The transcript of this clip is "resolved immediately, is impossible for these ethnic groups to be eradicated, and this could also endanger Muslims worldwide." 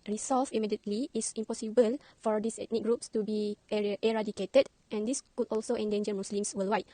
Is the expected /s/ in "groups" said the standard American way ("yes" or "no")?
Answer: yes